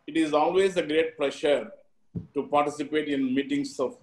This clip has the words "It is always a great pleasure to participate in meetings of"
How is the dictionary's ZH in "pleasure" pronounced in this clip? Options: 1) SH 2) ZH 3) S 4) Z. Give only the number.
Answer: 1